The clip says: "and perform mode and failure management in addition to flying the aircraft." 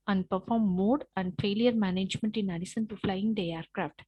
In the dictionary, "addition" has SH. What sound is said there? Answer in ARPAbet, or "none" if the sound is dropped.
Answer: S